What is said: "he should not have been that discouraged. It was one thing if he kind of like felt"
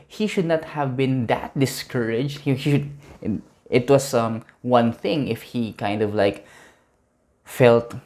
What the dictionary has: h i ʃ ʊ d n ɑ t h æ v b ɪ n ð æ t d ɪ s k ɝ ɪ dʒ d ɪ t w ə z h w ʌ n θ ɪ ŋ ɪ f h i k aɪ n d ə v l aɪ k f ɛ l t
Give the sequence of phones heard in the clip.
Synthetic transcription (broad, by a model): h i ʃ ʊ d n ɑ t h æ v b ɪ n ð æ t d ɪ s k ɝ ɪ dʒ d ɪ t w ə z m w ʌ n θ ɪ ŋ ɪ f h i k aɪ n d ə v l aɪ k f ɛ l t